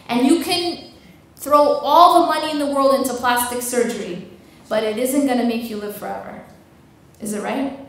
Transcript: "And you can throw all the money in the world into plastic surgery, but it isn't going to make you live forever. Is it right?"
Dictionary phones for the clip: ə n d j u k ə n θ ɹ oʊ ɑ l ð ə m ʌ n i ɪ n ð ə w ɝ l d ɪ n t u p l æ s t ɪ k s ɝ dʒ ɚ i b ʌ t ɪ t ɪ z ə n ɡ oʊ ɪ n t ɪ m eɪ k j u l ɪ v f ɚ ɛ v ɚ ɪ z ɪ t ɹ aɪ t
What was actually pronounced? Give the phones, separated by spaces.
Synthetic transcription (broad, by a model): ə n j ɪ k ə n θ ɹ oʊ ɑ l ð ə m ʌ n i ɪ n ð ə w ɝ l d ɪ n t u p l æ s t ɪ k s ɝ dʒ ɚ i b ʌ t ɪ t ɪ z ə n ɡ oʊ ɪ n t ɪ m eɪ k j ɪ l ɪ v f ɚ ɛ v ɚ ɪ z ɪ t ɹ aɪ t